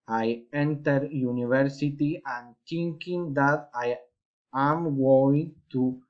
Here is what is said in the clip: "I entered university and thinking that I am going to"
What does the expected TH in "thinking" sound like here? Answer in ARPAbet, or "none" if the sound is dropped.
T